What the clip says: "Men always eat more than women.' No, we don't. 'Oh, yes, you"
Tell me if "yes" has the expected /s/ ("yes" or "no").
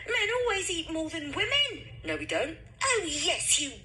yes